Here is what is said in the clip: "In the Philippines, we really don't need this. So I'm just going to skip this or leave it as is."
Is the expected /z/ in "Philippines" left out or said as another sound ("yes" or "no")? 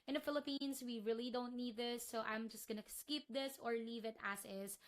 yes